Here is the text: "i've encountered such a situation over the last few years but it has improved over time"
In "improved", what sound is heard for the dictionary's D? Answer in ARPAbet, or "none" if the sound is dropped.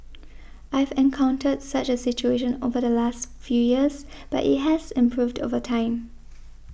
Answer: D